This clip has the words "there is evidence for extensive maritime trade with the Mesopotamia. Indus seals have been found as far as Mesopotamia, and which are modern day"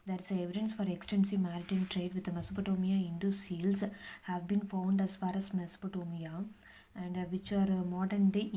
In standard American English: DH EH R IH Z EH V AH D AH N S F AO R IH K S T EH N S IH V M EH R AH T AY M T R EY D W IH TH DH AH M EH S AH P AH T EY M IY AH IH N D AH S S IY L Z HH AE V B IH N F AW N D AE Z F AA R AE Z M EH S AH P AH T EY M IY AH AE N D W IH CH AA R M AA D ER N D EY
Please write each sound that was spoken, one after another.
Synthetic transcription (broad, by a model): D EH R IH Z EH V AH D AH N S F AO R IH K S T EH N S IH V M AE R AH T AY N T R EY D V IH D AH M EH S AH P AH T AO M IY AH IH N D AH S S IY L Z HH AE V B IH N F AW N D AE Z F AA R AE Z M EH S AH P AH T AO M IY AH AE N D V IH CH AA R M AA D ER N D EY